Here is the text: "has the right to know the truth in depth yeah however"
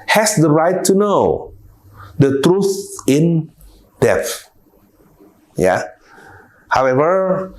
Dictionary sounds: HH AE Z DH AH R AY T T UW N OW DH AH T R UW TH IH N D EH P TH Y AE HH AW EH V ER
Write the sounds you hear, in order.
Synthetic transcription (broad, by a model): HH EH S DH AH R AY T T UW N OW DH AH T R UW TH IH N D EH TH Y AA HH AW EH V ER